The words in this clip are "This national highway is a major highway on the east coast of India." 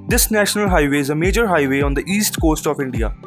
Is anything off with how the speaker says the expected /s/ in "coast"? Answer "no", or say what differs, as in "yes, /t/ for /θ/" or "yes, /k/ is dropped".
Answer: no